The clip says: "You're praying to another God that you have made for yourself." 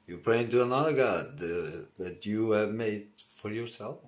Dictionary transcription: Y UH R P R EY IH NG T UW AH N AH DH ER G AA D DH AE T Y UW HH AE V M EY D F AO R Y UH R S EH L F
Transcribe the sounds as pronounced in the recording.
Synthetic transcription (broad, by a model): Y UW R P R EY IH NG T UW AH N AH DH ER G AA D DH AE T Y UW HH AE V M EY D F AO R Y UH R S EH L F